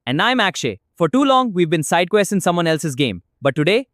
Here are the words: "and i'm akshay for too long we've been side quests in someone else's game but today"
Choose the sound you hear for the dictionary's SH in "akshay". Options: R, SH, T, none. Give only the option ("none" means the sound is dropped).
SH